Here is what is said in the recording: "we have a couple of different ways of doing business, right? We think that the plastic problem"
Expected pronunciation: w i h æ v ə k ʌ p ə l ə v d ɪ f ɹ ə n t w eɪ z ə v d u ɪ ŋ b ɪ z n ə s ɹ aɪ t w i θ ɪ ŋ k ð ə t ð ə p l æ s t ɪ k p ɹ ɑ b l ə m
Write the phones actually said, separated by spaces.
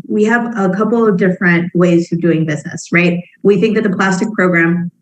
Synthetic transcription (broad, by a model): w i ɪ v ə k ʌ p l ə v d ɪ f ɹ ə n t w eɪ z ə v d u ɪ ŋ b ɪ z n ə s ɹ aɪ t w i θ ɪ ŋ k ð ə t ð ə p l æ s t ɪ k p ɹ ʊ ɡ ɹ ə m